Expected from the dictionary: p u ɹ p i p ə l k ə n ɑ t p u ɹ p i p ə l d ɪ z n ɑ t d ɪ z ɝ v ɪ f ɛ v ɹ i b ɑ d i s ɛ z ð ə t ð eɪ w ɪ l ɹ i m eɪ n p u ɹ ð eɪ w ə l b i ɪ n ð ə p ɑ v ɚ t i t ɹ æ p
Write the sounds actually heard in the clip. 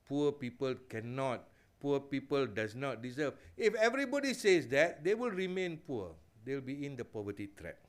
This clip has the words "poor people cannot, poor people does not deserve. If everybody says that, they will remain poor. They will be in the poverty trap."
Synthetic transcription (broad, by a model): p u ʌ p i p ə l k ə n ɑ t p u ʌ p i p ə l d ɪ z n ɑ t d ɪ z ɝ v ɪ f ɛ v ɹ i b ɑ d i s ɛ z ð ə t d eɪ w ɪ l ɹ i m eɪ n p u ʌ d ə l b i ɪ n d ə p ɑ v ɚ t i t ɹ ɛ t